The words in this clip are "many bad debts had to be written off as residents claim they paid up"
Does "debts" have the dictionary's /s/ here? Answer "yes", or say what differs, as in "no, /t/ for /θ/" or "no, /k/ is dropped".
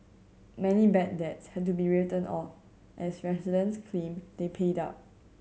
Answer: yes